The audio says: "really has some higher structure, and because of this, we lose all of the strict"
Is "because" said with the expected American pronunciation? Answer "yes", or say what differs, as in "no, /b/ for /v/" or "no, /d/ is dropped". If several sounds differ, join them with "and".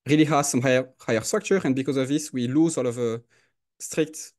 yes